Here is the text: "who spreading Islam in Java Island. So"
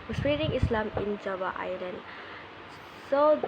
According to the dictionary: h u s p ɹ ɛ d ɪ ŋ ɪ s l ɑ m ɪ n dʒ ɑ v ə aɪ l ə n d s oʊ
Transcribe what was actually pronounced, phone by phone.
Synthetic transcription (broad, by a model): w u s ɹ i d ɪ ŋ ɪ s l ɑ m ɪ n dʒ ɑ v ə aɪ l ə n d s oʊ